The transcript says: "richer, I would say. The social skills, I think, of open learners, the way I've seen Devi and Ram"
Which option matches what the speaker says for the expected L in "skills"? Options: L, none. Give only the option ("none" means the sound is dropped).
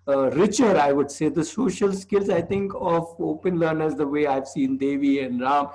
L